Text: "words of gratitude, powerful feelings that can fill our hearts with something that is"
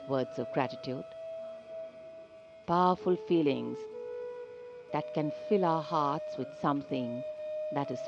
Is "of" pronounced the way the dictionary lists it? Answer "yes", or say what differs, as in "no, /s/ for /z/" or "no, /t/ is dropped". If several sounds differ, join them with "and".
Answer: yes